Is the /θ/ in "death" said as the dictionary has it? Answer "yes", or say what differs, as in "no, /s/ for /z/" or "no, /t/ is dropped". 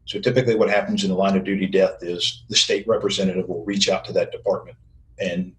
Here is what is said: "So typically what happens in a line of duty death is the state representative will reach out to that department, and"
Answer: yes